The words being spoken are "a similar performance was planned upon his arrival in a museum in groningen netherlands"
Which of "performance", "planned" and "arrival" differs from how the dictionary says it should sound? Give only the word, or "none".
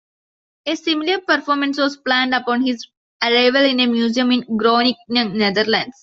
none